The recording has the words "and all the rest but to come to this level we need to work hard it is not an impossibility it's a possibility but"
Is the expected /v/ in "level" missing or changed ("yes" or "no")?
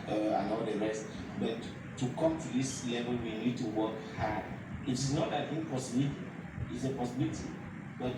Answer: yes